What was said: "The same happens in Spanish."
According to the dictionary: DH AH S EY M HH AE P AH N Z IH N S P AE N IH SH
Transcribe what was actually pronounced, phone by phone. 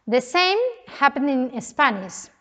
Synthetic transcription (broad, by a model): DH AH S EY M HH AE P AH N IH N S P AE N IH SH